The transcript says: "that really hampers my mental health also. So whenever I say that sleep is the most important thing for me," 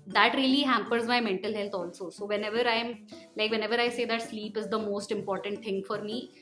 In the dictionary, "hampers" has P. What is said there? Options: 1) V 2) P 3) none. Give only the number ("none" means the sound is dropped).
2